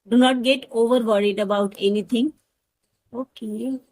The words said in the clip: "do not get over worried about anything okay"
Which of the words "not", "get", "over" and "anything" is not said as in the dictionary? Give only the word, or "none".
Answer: anything